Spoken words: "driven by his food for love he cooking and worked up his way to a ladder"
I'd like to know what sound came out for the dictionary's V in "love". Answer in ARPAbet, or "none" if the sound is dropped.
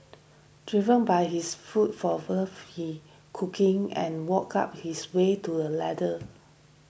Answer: F